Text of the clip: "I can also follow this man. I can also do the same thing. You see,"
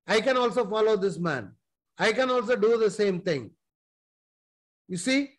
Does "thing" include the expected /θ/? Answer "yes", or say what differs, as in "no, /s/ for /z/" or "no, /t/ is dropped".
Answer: no, /t/ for /θ/